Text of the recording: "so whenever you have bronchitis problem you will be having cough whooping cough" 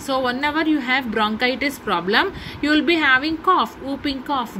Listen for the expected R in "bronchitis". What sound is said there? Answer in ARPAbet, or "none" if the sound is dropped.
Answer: R